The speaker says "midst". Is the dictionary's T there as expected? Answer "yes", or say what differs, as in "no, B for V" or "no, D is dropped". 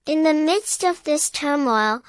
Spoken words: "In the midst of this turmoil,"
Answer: yes